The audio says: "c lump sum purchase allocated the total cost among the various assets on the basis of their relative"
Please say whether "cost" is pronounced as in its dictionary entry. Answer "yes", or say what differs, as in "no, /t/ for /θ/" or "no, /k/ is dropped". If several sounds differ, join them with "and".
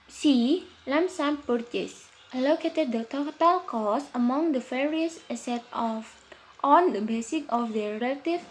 no, /t/ is dropped